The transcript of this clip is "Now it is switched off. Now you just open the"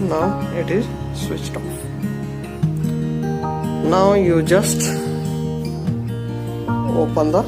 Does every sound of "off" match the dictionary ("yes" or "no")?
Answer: no